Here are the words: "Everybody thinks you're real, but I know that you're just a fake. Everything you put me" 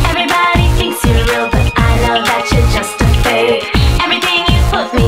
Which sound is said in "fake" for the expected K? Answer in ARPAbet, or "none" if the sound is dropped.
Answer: none